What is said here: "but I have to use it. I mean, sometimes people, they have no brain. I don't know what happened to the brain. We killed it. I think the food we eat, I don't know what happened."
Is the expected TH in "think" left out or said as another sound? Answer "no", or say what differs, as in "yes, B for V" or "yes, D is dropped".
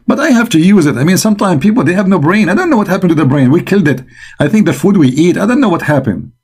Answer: no